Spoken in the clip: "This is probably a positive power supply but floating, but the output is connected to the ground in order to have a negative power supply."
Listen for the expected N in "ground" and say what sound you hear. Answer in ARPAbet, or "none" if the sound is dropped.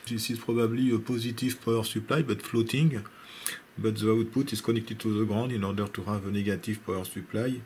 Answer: none